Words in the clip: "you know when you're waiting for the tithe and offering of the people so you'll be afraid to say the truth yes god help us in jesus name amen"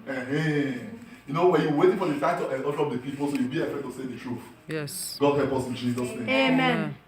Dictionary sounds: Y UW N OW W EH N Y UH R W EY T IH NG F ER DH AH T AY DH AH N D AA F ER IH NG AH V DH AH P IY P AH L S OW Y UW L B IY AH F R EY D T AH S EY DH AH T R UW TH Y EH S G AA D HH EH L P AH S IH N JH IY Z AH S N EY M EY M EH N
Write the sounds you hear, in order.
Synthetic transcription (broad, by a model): Y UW N OW W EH Y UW W EY T IH NG F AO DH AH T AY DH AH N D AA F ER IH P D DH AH P IY P AH L S OW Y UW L B IY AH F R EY T AH S EY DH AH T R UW F Y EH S G AA D HH EH L P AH S IH N JH IY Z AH S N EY EY M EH N